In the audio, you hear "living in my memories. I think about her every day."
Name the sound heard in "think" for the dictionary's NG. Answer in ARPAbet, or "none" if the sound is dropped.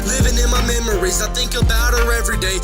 NG